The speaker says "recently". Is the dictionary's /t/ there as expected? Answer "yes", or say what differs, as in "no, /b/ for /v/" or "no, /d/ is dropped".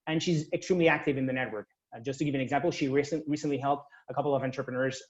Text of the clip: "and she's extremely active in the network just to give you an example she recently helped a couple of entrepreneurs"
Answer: no, /s/ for /t/